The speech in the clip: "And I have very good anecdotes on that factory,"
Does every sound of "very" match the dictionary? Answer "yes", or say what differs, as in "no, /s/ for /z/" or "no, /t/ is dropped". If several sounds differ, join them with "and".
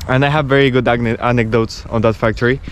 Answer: yes